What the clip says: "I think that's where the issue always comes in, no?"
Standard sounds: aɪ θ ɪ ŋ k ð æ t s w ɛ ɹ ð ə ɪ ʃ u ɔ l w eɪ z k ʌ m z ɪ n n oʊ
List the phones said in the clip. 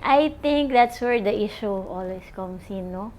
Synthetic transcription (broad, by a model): aɪ t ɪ ŋ k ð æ t s w ɛ ɹ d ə ɪ ʃ u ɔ l w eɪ s k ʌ m s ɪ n n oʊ